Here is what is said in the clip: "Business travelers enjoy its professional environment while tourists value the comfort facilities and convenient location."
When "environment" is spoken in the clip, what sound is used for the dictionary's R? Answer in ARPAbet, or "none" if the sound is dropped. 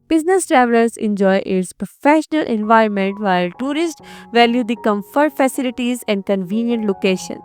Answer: R